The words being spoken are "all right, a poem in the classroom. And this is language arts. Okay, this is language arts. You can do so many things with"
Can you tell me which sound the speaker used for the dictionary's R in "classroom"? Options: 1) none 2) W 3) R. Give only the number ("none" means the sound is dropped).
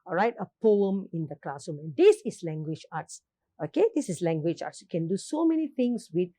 1